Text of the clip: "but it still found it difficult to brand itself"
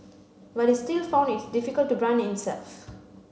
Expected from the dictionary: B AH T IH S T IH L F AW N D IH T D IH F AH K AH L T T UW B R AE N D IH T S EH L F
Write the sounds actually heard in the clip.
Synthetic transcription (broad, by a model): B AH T IH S T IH L F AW N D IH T D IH F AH K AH L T T UW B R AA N IH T S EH L F